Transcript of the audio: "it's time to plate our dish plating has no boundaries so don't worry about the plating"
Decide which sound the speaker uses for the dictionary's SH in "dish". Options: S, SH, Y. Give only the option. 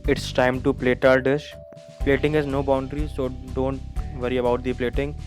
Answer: SH